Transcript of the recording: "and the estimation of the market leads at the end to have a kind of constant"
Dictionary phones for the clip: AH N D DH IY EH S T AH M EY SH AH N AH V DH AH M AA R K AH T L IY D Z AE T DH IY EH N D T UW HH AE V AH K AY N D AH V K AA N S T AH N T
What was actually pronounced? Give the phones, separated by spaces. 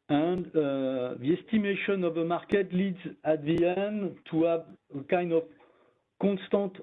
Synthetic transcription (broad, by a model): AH N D DH IY EH S T AH M EY SH AH N AH V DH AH M AA R K AH T L IY D Z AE T DH IY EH N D T UW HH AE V AH K AY N D AH V K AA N S T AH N T